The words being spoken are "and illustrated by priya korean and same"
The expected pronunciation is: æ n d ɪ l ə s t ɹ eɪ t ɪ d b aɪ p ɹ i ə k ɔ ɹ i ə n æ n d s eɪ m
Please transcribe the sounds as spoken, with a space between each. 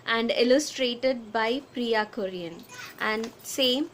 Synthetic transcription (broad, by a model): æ n d ɪ l ə s t ɹ eɪ t ɪ d b aɪ p ɹ i ə k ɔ ɹ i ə n æ n d s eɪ m